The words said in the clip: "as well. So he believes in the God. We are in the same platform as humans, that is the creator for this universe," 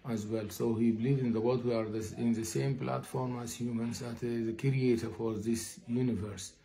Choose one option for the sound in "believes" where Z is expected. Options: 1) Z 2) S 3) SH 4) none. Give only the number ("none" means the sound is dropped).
4